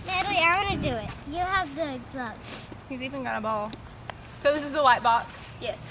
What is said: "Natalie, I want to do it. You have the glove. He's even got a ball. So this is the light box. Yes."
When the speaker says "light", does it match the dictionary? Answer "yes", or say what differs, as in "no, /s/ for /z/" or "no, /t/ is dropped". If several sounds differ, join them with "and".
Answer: no, /w/ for /l/